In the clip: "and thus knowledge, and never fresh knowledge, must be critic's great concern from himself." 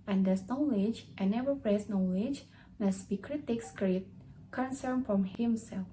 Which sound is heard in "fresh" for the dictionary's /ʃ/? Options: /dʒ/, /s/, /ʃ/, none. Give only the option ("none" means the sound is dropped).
/s/